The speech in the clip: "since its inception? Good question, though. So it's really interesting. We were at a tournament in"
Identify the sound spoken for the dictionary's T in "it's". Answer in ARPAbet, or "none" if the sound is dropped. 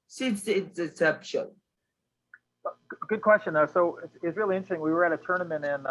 S